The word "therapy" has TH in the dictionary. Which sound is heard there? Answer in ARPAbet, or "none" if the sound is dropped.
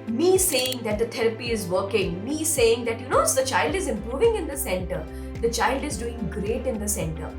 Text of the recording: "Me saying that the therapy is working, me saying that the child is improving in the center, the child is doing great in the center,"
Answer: T